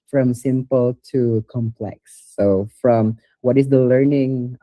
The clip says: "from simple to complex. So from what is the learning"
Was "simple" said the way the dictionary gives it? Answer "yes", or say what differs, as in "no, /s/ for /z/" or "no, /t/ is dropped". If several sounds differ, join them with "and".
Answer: yes